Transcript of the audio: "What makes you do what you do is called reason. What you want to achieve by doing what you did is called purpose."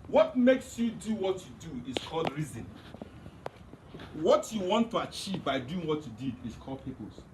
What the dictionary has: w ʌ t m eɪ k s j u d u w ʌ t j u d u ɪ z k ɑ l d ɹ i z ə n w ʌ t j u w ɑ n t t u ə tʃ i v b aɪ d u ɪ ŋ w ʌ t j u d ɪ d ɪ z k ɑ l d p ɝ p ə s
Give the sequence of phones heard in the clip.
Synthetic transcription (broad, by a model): w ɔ t m eɪ k s j u d u w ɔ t j u d u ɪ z k ɑ l d ɹ i z ə n w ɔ t j u w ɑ n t t u ə tʃ i v b aɪ d u ɪ ŋ w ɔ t j u d ɪ d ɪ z k ɑ l d p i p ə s